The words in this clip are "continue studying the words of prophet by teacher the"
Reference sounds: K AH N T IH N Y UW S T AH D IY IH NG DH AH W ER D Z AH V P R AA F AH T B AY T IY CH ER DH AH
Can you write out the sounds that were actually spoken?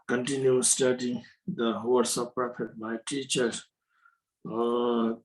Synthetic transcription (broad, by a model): K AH N T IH N Y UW S T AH D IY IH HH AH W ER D S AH P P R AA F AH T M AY T IY CH ER